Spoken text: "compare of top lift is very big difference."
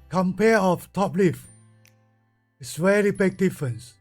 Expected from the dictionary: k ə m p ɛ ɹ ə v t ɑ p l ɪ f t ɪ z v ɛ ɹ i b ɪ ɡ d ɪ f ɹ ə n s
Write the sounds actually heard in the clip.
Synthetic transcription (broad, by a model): k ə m p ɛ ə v t ɑ p l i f ɪ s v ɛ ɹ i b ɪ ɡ d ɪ f ɹ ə n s